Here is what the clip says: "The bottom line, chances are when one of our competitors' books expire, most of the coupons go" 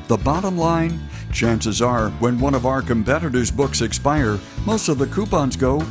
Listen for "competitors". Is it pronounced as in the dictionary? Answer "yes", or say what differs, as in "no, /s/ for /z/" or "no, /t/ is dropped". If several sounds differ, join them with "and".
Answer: yes